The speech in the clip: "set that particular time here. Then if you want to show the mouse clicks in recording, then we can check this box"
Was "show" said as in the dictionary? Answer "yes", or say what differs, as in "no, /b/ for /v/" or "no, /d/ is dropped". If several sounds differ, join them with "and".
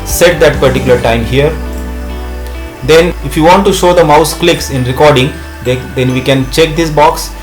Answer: yes